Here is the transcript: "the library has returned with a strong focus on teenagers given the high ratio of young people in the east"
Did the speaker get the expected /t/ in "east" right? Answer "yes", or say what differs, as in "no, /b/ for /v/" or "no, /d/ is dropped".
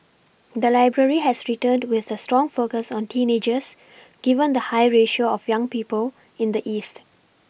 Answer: yes